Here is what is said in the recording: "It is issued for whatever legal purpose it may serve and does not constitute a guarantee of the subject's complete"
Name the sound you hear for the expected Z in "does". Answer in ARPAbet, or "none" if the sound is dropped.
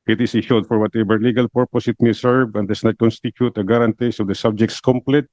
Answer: S